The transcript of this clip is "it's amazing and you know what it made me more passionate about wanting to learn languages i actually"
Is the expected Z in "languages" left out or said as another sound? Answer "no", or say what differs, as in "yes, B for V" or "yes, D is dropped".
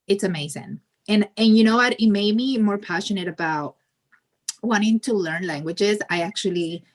no